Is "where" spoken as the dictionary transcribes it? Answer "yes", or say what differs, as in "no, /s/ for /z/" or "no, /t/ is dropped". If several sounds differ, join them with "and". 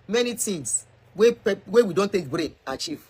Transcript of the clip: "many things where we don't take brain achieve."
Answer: no, /w/ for /ɹ/